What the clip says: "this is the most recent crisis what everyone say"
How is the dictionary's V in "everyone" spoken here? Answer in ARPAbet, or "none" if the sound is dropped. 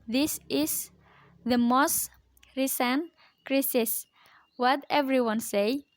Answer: V